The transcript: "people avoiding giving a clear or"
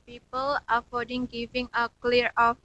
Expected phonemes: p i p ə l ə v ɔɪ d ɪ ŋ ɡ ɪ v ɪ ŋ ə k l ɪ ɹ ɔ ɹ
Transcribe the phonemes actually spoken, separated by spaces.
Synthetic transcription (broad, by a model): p i p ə l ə f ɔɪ d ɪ ŋ ɡ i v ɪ ŋ ə k l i ɹ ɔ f